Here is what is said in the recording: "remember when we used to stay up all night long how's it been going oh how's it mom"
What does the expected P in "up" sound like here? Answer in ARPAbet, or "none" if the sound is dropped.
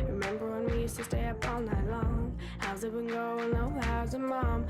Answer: P